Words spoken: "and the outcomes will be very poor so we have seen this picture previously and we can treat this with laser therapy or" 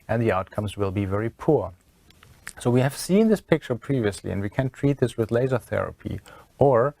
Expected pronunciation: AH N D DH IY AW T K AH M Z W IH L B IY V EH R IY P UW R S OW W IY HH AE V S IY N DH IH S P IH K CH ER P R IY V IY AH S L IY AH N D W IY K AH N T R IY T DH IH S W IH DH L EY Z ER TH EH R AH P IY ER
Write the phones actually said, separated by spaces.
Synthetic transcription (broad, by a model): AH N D DH IY AW T K AH M Z W IH L B IY V EH R IY P UW R S OW W IY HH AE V S IY N DH IH S P IH K CH ER P R IY V IY AH S L IY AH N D W IY K AH N T R IY T DH IH S W IH DH L EY Z ER TH EH R AH P IY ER